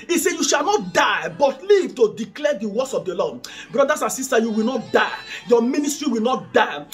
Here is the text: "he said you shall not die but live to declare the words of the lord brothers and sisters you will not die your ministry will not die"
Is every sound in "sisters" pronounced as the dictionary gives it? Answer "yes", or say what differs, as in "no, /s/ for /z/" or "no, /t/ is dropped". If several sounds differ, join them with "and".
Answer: no, /z/ is dropped